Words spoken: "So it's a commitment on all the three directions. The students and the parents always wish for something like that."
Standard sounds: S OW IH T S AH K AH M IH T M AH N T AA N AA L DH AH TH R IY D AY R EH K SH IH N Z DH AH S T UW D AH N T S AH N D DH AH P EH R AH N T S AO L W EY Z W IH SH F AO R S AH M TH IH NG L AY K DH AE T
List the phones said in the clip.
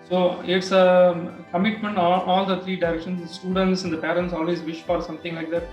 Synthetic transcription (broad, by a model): S OW IH T S AH K AH M IH T M AH N T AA L AA L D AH T R IY D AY R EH K SH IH N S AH S T UW D AH N T S AH N D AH P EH R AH N T S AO L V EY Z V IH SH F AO R S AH M T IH NG L AY K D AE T